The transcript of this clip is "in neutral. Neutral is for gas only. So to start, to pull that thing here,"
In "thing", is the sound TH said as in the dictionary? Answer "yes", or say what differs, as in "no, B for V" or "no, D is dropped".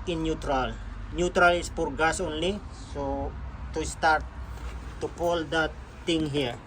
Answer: no, T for TH